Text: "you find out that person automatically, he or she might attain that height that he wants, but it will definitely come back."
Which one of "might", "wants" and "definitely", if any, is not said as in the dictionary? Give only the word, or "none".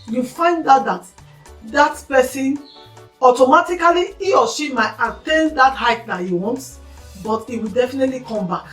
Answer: wants